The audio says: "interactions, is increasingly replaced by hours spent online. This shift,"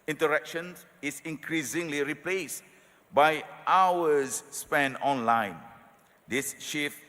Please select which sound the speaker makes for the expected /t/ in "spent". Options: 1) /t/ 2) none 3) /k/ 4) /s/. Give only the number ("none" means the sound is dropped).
2